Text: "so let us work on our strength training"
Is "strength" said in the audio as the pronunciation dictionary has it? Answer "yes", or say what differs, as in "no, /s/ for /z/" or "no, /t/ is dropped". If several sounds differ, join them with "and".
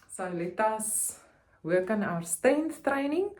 no, /ɹ/ is dropped